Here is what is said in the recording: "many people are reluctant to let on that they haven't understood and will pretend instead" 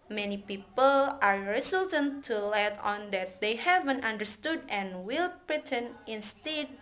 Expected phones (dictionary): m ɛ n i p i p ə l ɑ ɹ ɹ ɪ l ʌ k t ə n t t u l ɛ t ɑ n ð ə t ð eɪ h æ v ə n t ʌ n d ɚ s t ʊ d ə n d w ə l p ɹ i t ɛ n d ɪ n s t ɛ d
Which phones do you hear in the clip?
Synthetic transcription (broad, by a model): m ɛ n i p i p ə l ɑ ɹ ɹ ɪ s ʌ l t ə n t t u l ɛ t ɑ n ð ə t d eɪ h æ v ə n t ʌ n d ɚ s t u d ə n w ə l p ɹ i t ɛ n ɪ n s t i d